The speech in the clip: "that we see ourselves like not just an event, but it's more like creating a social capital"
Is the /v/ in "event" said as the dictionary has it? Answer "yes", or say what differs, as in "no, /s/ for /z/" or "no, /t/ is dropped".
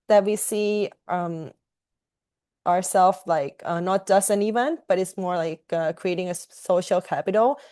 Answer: yes